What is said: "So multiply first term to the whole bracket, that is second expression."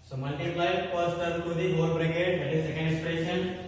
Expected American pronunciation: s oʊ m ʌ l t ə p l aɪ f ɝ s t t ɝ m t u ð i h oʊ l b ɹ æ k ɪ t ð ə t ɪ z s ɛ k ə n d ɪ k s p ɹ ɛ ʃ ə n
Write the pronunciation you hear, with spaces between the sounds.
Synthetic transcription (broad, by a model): s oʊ m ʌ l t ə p l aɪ p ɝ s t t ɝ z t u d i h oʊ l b ɹ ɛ k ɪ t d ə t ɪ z s ɛ k ə n d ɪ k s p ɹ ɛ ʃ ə n